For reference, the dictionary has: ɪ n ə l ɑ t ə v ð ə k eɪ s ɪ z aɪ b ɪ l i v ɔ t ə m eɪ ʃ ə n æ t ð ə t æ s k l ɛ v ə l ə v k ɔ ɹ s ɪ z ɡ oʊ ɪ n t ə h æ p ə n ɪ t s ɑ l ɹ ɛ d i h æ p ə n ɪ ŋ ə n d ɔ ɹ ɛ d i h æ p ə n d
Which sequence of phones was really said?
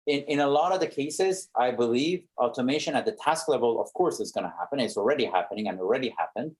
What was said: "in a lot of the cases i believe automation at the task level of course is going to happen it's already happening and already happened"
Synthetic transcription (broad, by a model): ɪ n ə l ɑ t ə v ð ə k eɪ s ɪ z aɪ b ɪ l i v ɔ t ə m eɪ ʃ ə n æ t ð ə t æ s k l ɛ v ə l ə v k ɔ ɹ s ɪ z ɡ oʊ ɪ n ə h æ p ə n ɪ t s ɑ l ɹ ɛ d i h æ p ə n ɪ ŋ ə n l ɹ ɛ d i h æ p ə n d